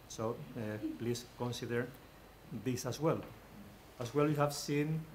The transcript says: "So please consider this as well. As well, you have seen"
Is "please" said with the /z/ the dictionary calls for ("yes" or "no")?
no